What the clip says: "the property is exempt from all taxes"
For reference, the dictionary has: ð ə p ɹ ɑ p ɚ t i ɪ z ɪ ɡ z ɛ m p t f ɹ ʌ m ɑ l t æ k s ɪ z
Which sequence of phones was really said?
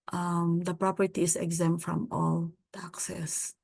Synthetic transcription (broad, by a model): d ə p ɹ ɑ p ɚ t i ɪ s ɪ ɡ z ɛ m t f ɹ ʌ m ɑ l t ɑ k s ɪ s